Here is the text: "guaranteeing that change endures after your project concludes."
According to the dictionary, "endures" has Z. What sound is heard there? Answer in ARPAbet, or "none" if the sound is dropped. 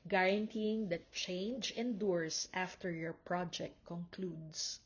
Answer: S